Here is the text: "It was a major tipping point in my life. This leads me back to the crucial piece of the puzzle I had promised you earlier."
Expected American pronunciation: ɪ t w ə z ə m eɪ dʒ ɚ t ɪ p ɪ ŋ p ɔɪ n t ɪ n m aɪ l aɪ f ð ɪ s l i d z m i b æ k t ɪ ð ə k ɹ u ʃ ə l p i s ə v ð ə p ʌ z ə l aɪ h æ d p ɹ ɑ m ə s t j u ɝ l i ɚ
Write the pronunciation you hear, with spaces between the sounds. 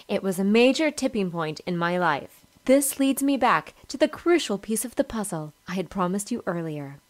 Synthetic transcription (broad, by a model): ɪ t w ə z ə m eɪ dʒ ɚ t ɪ p ɪ ŋ p ɔɪ n t ɪ n m aɪ l aɪ f ð ɪ s l i d z m i b æ k t ɪ ð ə k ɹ u ʃ l p i s ə v ð ə p ʌ z l aɪ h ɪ d p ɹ ɑ m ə s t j ɝ l i ɚ